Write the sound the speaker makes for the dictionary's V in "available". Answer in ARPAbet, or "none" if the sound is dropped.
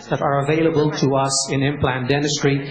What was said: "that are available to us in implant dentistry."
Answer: V